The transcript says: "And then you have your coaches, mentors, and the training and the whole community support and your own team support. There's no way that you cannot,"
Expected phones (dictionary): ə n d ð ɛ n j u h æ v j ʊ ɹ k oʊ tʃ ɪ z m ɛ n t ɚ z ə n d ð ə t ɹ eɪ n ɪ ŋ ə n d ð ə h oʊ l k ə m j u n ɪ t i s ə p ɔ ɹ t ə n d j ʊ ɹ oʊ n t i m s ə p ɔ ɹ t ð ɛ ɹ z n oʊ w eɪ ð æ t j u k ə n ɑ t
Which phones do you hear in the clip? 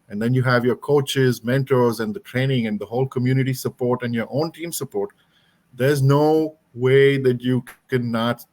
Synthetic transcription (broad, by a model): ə n d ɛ n j u h æ v j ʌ ɹ k oʊ tʃ ɪ z m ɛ n t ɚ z ə n d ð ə t ɹ eɪ n ɪ ŋ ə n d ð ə h oʊ l k ə m j u n ɪ t i s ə p ɔ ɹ t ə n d j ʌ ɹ oʊ n t i m s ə p ɔ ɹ t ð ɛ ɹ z n oʊ w eɪ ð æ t j u k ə n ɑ t